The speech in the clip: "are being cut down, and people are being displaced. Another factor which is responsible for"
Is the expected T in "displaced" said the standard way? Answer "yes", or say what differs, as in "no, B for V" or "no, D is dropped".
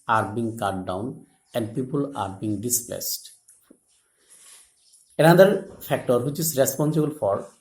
yes